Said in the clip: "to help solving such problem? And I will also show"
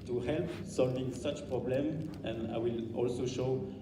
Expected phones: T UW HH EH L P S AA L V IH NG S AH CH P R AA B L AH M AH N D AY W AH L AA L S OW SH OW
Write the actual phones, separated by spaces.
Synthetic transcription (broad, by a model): T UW HH EH L P S AA L V IH NG S AH CH P R AA B L AH M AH N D AY W AH L AA L S OW SH OW